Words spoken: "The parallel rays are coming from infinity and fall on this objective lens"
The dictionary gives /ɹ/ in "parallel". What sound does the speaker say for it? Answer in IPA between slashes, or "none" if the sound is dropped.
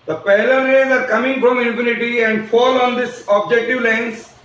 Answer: /l/